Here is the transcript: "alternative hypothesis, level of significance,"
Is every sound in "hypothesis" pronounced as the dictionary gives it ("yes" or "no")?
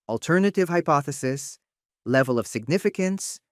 yes